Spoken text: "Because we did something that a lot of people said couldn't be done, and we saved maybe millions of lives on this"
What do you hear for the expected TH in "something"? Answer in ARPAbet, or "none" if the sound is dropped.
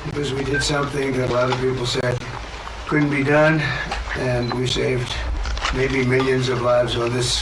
TH